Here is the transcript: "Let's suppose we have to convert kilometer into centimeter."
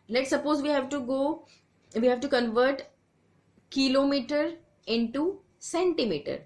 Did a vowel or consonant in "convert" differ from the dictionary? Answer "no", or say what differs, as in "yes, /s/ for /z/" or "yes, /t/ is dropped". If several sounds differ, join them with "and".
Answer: no